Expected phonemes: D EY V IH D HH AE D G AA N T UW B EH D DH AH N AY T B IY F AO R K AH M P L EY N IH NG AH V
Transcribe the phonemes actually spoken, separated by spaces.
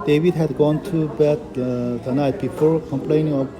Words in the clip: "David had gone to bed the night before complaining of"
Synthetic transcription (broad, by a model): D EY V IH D HH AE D G AA N T UW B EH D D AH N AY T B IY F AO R K AH M P L EY N IH NG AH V